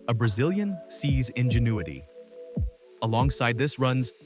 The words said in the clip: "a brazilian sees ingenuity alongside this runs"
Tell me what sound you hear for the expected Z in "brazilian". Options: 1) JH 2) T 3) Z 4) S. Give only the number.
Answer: 3